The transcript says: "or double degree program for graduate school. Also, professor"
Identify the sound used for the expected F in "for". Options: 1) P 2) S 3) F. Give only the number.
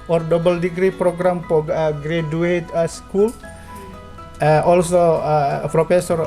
1